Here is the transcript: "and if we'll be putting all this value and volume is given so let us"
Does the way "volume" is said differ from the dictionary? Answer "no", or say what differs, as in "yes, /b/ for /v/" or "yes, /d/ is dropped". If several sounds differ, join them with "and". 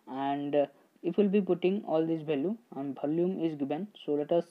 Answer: yes, /b/ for /v/